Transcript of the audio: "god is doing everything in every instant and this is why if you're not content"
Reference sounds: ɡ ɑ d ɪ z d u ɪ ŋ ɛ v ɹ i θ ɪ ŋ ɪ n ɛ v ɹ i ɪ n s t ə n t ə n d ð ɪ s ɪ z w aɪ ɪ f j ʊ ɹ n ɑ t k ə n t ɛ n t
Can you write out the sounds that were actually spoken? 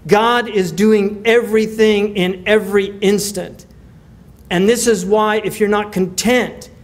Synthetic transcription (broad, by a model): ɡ ɑ d ɪ z d u ɪ ŋ ɛ v ɹ i θ ɪ ŋ ɪ n ɛ v ɹ i ɪ n s t ə n t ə n ð ɪ s ɪ z w aɪ ɪ f j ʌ ɹ n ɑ t k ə n t ɛ n t